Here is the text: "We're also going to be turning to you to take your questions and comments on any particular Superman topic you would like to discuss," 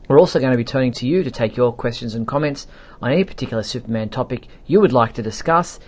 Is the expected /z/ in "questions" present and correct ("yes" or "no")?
yes